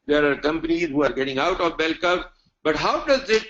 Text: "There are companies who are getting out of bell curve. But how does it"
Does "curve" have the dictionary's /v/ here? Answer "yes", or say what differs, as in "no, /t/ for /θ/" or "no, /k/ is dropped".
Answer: no, /p/ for /v/